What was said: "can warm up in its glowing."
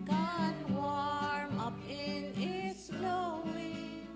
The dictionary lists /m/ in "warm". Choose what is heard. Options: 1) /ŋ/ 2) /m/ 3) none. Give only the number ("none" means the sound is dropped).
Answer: 2